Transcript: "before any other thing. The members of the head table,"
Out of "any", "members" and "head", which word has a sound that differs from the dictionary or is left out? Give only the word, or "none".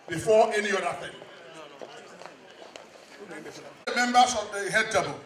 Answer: members